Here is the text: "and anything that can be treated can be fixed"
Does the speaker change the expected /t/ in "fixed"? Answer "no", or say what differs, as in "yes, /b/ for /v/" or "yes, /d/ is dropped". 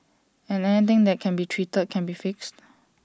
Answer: no